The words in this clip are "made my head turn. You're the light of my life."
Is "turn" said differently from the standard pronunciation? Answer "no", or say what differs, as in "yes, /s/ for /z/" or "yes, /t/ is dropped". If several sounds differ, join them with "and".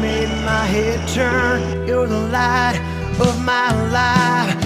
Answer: no